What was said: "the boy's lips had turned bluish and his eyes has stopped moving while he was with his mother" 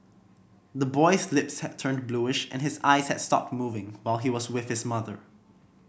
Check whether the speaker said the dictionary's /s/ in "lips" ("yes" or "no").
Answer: yes